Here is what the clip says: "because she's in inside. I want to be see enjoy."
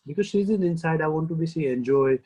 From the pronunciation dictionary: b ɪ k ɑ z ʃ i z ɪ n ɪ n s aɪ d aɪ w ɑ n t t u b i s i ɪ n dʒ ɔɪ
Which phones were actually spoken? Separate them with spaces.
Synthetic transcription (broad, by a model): b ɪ k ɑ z s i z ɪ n ɪ n s aɪ d aɪ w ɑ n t t u b i s i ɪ n dʒ ɔɪ